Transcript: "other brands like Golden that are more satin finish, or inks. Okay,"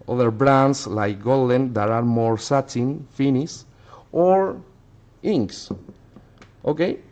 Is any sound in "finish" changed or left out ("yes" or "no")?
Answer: yes